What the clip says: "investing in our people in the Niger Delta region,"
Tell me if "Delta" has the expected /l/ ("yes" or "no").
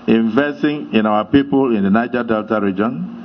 yes